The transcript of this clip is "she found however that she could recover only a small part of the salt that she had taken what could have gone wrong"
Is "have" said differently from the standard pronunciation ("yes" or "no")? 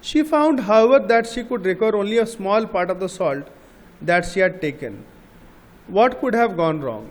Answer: no